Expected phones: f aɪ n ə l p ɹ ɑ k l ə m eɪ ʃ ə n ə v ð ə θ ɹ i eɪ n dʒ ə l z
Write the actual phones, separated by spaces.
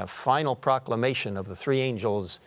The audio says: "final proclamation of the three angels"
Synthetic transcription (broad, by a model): f aɪ n l p ɹ ɑ k l ə m eɪ ʃ ə n ə v ð ə θ ɹ i eɪ n dʒ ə l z